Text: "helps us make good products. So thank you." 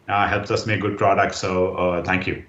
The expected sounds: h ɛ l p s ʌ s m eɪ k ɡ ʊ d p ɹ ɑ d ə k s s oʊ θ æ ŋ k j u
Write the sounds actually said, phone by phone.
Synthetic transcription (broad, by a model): h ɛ l p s ʌ s m eɪ k ɡ ʊ d p ɹ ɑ d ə k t s oʊ t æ ŋ k j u